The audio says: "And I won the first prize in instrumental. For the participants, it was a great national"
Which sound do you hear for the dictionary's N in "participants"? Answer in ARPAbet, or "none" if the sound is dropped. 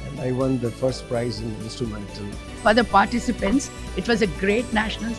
N